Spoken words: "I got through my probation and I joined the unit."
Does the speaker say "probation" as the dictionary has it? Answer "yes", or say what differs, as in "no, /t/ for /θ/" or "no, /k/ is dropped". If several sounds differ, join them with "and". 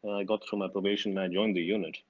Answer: no, /ʃ/ is dropped